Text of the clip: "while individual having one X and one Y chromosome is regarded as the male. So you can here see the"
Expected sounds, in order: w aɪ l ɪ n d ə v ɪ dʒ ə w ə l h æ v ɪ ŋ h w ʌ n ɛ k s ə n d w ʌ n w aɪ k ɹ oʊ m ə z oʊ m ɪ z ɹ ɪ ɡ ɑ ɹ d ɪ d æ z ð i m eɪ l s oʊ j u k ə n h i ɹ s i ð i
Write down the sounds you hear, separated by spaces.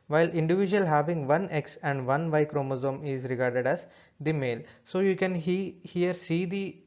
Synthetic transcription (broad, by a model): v aɪ l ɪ n d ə v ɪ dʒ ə ə l h æ v ɪ ŋ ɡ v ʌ n ɛ k s ə n d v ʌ n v aɪ k ɹ oʊ m ə z oʊ m ɪ z ɹ ɪ ɡ ɑ ɹ d ɪ d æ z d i m eɪ l s oʊ j u k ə n h i ɹ s i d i